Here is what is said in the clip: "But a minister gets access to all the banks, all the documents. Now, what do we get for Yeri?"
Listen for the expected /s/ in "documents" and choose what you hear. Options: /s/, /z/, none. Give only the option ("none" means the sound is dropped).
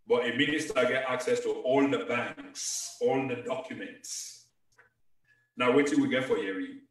/s/